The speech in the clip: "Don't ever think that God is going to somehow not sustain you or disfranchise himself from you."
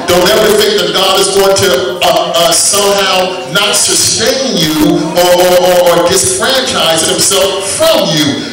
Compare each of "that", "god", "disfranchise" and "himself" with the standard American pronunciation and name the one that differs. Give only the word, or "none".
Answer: none